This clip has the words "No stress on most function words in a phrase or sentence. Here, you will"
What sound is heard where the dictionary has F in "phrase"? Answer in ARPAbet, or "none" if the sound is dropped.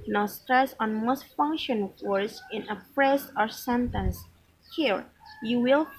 P